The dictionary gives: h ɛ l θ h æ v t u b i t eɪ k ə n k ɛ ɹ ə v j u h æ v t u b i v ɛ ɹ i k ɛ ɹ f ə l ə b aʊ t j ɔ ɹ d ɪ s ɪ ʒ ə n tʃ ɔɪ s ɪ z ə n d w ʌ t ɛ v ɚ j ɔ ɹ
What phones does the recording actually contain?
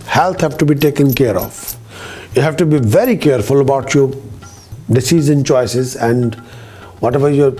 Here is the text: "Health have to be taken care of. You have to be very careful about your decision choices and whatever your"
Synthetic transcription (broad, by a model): h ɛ l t h æ v t u b i t eɪ k ə n k ɛ ɹ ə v j u h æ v t u b i v ɛ ɹ i k ɛ ɹ f ə l ə b aʊ t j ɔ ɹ d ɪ s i z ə n tʃ ɔɪ s ɪ z ə n d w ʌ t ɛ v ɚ j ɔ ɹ